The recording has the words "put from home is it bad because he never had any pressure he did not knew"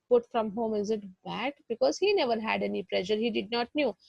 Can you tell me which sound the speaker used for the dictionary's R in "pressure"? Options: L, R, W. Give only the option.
L